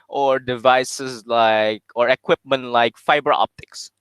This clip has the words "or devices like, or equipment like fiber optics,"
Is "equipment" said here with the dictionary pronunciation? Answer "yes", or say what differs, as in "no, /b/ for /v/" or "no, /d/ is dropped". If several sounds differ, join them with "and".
yes